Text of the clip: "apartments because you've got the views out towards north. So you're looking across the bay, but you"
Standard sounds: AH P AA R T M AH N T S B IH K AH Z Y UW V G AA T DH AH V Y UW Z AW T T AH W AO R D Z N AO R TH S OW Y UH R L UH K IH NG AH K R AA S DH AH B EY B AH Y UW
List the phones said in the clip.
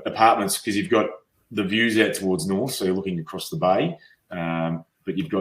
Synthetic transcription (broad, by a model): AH P AA R T M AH N T S K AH Z Y UW V G AA T DH AH V Y UW Z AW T T AH W AO R D Z N AO R TH S OW Y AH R L UH K IH NG AH K R AA S DH AH B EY B AH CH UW